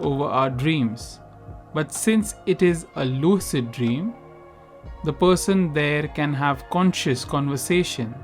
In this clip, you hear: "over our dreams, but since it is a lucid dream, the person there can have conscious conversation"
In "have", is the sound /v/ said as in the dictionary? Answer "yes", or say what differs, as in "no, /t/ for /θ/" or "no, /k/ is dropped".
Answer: yes